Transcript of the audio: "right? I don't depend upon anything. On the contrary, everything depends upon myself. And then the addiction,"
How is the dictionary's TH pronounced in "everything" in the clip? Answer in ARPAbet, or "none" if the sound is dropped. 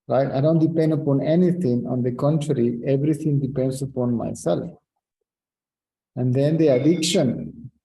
T